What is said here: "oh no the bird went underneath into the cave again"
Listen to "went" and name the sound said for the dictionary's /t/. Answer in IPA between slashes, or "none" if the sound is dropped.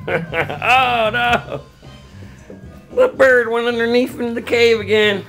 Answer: none